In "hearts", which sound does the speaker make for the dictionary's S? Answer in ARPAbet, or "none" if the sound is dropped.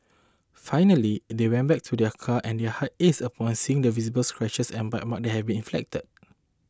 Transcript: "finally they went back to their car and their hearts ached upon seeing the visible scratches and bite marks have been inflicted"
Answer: none